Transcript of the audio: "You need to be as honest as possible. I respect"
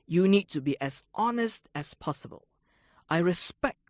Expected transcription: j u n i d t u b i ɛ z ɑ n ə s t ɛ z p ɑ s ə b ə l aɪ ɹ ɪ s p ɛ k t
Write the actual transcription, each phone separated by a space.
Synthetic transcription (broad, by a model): j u n i d t u b i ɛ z ɑ n ə s t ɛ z p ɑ s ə b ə l aɪ ɹ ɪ s p ɛ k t